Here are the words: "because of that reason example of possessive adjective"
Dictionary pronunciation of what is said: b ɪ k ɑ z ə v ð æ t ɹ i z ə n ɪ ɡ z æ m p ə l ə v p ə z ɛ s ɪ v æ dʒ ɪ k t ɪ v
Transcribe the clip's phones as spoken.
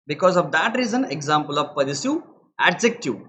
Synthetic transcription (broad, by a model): b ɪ k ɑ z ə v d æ t ɹ i z ə n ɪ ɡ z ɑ m p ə l ə v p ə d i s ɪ æ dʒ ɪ k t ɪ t